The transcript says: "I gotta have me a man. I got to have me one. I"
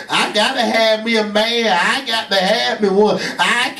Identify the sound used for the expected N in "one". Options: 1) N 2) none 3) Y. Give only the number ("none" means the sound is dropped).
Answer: 2